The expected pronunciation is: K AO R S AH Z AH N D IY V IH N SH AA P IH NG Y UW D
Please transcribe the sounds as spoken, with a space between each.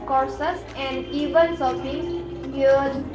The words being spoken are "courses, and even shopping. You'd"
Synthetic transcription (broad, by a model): K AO R S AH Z AH N D IY V IH N S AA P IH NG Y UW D